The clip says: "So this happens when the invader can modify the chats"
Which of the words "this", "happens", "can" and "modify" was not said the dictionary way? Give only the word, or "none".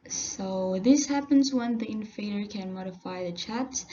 none